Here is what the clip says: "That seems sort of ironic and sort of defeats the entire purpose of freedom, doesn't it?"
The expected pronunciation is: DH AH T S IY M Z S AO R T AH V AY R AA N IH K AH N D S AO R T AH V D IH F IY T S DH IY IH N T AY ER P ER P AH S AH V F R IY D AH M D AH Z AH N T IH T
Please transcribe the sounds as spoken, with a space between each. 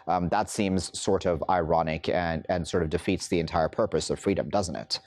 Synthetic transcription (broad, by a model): DH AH T S IY M Z S AO R T AH V AY R AA N IH K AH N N S AO R T AH V D IH F IY T S DH IY IH N T AY ER P ER P AH S AH V F R IY D AH M D AH Z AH N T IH T